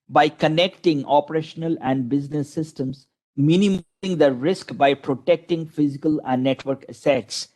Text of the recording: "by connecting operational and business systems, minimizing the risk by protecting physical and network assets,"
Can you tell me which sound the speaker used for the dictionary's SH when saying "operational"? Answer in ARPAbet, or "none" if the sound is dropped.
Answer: SH